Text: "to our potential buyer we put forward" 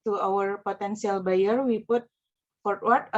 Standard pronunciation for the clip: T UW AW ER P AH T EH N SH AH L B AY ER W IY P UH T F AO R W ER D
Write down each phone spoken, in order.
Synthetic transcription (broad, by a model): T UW AW ER P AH T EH N S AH L B AY ER W IY P UH T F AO R W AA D